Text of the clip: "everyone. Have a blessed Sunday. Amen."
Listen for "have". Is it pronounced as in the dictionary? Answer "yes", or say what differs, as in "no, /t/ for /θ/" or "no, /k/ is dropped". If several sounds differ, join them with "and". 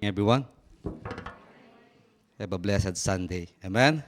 no, /b/ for /v/